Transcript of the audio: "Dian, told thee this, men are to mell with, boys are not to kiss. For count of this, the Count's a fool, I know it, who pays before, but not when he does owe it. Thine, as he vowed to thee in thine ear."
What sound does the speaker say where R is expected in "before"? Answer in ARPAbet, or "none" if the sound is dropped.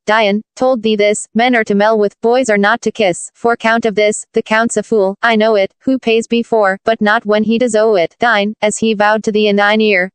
R